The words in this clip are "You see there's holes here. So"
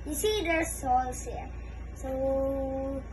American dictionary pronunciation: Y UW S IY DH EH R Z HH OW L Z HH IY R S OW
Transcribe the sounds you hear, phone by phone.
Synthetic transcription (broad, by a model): Y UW S IY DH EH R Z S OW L S HH IY R S OW